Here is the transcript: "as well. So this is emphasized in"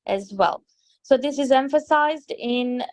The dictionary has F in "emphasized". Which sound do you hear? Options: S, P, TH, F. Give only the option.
F